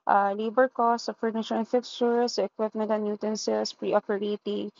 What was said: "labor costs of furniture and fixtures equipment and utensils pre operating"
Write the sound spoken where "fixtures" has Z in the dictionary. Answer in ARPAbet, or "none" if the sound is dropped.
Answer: S